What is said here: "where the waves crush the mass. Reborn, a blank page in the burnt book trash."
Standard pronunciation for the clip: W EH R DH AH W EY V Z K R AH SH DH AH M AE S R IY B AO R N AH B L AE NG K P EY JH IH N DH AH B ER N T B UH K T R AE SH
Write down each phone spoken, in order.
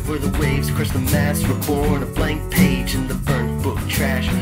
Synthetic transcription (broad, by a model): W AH R DH AH W EY V Z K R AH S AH M AE S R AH B AO R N AH B L AE NG K P EY JH IH N DH AH B ER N B UH K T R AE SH